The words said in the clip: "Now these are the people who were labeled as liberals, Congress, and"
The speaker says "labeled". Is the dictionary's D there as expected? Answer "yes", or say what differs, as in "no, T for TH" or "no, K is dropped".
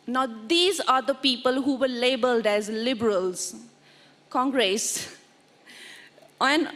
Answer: yes